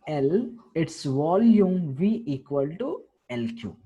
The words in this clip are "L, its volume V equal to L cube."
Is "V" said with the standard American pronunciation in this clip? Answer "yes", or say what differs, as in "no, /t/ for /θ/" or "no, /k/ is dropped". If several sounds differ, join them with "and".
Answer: yes